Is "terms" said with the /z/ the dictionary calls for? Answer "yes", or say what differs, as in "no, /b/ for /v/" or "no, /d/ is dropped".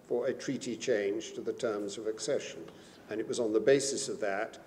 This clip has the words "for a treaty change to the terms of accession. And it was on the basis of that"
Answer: yes